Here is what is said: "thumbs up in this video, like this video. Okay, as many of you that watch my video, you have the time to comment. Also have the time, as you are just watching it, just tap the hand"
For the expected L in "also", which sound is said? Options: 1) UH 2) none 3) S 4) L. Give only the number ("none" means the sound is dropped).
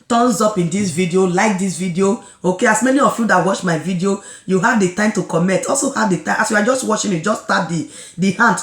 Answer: 4